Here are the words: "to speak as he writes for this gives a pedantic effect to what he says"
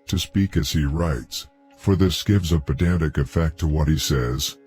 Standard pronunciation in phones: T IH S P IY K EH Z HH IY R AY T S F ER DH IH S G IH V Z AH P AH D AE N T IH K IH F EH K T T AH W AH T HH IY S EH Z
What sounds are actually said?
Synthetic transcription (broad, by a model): T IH S P IY K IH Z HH IY R AY T S F ER DH IH S G IH V Z AH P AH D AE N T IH K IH F EH K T T AH W AH T HH IY S EH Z